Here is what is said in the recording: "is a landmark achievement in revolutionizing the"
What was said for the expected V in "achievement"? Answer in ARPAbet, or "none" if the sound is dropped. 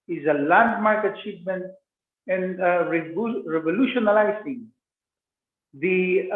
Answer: P